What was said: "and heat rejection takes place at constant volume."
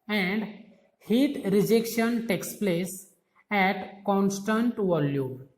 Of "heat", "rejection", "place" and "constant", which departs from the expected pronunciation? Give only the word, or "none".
none